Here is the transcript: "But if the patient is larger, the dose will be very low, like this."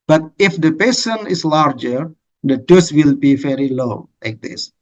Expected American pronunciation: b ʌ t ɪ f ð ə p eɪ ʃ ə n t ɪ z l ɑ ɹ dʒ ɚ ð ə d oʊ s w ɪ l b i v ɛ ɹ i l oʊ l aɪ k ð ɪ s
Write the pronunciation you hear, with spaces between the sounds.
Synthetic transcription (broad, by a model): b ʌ t ɪ f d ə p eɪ s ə n ɪ s l ɑ ɹ dʒ ɚ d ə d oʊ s w ɪ l b i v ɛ ɹ i l oʊ l aɪ k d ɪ s